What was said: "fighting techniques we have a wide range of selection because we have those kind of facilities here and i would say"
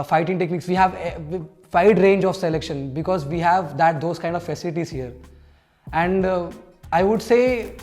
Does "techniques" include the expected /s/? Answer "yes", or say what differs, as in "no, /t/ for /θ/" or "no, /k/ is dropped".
yes